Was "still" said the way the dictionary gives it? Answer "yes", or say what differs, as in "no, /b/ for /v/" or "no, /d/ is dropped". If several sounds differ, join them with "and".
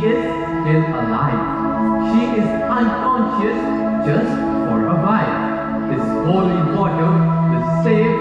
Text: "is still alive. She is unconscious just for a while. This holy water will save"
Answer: no, /n/ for /l/